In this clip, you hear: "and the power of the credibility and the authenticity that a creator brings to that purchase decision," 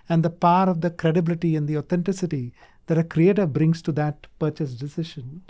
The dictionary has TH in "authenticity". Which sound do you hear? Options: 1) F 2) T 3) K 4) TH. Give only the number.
2